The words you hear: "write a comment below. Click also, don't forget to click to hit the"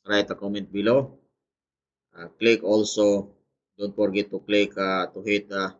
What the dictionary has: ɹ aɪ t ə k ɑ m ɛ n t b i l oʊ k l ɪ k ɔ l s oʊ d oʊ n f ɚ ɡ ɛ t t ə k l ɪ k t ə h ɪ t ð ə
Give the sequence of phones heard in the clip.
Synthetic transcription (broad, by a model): ɹ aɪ t ə k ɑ m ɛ n t b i l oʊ k l ɪ k ɔ l s oʊ d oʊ n p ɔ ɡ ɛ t t ə k l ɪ k t ə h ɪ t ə